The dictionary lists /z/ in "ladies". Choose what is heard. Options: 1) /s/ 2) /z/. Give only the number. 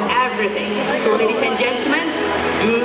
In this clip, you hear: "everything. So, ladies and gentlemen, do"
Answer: 1